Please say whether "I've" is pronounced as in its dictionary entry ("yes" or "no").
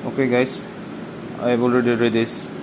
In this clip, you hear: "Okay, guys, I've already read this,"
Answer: no